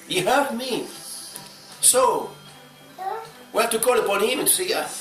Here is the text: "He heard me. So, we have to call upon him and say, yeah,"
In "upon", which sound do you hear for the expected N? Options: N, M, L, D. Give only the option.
N